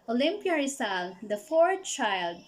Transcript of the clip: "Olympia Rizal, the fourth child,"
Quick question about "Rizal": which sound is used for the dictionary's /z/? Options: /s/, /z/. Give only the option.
/s/